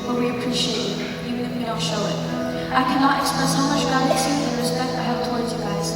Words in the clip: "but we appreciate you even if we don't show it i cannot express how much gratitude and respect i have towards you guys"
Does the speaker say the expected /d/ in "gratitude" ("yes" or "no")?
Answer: no